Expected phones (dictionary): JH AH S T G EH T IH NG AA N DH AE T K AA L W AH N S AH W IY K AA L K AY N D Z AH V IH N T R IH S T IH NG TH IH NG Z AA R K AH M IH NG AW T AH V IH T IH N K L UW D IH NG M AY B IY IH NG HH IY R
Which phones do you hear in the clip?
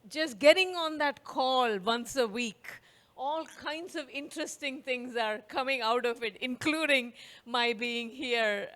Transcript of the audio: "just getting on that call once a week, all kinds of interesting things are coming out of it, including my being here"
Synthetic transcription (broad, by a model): JH AH S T G EH T IH NG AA N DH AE T K AA L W AH N S AH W IY K AA L K AY N D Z AH V IH N T R IH S T IH NG T IH NG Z AA R K AH M IH NG AW T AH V IH T IH N K L UW D IH NG M AY B IY IH NG HH IY R